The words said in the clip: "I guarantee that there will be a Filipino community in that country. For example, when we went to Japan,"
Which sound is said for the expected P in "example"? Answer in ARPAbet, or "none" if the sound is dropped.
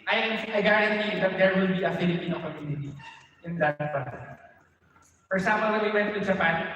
none